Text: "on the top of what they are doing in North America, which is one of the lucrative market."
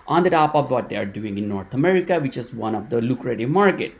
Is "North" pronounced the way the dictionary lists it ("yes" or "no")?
no